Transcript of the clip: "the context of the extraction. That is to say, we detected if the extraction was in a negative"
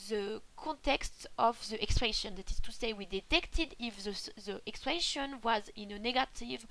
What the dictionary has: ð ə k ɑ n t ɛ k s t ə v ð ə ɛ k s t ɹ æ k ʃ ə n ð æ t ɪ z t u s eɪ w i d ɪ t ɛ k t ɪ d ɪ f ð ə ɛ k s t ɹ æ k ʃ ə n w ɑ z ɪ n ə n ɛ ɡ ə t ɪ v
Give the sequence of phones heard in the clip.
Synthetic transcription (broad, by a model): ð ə k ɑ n t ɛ k s t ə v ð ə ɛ k s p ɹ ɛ ʃ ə n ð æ t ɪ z t u s eɪ w i d ɪ t ɛ k t ɪ d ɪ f ð ə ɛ k s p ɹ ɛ ʃ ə n w ɑ z ɪ n ə n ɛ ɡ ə t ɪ v